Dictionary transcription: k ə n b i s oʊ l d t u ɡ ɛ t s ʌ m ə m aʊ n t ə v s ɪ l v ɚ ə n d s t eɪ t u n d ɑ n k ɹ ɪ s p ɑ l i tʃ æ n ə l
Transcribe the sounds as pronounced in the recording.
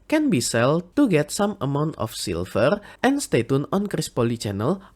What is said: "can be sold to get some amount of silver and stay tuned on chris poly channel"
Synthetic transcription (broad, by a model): k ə n b i s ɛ l t u ɡ ɛ t s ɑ m ə m aʊ n t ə f s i l f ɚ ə n s t eɪ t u n ɑ n k ɹ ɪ s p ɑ l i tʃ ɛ n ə l